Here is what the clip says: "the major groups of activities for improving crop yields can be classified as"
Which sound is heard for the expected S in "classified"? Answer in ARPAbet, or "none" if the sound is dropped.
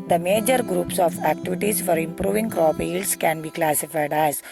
S